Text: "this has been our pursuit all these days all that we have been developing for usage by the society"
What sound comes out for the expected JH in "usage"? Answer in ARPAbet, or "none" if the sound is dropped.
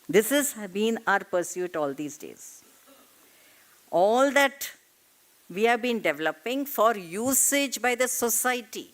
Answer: JH